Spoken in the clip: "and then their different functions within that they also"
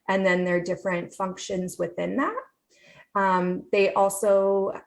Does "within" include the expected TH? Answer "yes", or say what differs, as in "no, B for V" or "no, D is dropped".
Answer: yes